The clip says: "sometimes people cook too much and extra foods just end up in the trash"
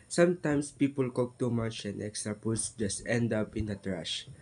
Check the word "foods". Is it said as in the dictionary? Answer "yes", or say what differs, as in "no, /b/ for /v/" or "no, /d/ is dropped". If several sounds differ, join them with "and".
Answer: no, /p/ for /f/